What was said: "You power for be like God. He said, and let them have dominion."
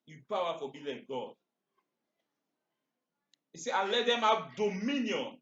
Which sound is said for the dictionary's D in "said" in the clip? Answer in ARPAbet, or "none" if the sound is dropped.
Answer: none